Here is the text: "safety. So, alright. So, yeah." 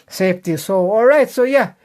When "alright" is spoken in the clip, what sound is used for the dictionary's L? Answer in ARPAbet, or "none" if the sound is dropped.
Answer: L